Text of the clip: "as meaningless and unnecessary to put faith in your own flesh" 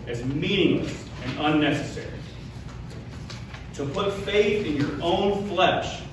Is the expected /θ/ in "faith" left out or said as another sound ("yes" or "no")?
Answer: no